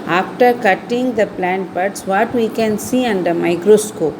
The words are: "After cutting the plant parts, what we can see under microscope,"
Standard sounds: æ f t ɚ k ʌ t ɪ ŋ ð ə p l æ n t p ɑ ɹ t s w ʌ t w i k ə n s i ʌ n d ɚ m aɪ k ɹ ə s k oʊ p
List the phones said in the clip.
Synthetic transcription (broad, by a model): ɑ f t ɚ k ʌ t ɪ ŋ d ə p l æ n t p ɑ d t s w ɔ t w i k ə n s i ʌ n d ɚ m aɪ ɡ ɹ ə s k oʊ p